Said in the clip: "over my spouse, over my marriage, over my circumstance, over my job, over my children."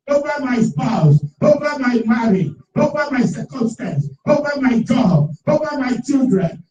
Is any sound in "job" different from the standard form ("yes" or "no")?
yes